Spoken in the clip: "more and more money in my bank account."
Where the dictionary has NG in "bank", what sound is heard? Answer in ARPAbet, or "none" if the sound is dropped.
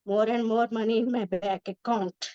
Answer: none